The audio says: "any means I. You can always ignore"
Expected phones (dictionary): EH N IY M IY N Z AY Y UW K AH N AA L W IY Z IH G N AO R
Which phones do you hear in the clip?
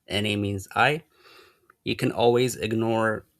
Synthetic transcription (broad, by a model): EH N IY M IY N Z AY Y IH K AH N AA L W IY Z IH G N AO R